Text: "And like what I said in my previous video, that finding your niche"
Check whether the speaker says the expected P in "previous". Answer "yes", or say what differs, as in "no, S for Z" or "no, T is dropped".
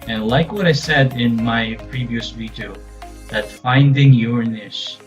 yes